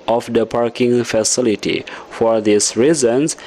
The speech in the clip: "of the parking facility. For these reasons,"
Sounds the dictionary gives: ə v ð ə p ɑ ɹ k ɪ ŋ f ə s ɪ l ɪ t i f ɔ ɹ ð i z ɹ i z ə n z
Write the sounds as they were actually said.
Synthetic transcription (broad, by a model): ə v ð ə p ɑ ɹ k ɪ ŋ f ə s ɪ l ɪ t i f ɔ ɹ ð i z ɹ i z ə n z